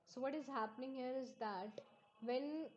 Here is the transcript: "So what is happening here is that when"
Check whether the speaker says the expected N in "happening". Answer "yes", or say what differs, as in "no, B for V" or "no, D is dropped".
yes